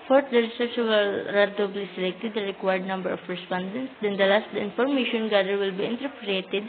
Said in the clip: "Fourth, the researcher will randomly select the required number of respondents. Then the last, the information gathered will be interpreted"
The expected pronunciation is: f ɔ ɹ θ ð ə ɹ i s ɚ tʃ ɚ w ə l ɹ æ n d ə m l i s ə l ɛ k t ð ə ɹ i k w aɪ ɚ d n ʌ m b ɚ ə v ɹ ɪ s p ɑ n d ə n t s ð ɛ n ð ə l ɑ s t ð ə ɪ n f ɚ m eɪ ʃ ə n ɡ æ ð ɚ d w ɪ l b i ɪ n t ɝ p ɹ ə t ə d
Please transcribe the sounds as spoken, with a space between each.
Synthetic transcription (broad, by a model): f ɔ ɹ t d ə ɹ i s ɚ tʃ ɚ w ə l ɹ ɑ d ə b l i s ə l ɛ k t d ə ɹ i k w aɪ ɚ d n ʌ m b ɚ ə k ɹ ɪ s p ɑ n d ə n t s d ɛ n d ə l ɑ s t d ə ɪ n f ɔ m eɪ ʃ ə n ɡ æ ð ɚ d w ɪ l b i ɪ n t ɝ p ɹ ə t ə d